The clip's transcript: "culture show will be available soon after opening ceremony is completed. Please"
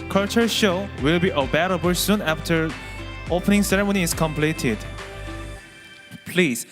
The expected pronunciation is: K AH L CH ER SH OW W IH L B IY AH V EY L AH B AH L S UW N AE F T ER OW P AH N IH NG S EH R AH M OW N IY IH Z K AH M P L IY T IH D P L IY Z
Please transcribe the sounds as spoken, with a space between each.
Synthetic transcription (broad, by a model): K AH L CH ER SH OW W IH L B IY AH B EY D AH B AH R S UW N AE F T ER OW P AH N IH NG S EH R AH M OW N IY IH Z K AH M P L IY T IH D P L IY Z